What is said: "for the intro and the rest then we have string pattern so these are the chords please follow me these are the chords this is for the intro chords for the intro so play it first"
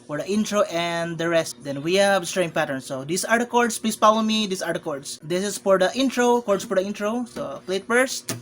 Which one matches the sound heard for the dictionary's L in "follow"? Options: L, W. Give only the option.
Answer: W